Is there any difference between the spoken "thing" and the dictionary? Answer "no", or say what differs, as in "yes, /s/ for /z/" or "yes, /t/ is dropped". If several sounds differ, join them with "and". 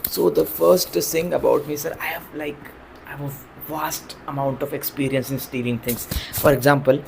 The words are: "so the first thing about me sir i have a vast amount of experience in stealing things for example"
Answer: yes, /s/ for /θ/